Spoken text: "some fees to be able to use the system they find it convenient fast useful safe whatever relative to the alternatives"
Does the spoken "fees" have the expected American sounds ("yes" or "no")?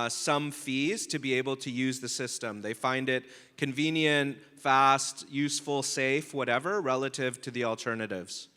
yes